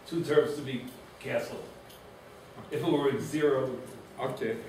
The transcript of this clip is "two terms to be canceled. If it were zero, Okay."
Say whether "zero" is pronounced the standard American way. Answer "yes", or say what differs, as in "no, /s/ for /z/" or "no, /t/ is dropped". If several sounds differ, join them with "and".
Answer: yes